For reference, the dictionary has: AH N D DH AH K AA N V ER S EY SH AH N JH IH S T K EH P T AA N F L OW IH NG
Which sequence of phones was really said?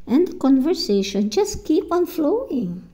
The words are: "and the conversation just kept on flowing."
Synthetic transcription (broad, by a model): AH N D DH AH K AA N V ER S EY SH AH N JH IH S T K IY P AA N F L OW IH NG